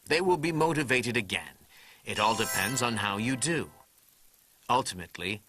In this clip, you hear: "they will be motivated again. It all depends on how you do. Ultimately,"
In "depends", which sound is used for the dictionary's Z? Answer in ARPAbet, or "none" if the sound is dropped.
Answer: Z